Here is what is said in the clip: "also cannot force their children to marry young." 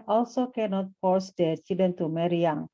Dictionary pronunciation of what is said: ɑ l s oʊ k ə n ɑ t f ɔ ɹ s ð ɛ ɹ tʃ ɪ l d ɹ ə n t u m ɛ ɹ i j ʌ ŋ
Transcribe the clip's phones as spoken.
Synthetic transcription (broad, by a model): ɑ l s oʊ k ə n ɑ t f ɔ ɹ s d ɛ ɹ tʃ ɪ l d ə n t u m ɛ ɹ i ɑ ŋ